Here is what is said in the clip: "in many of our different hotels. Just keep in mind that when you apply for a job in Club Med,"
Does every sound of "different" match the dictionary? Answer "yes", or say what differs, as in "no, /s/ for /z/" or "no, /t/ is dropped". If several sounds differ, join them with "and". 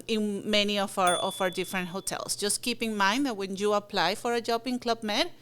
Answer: yes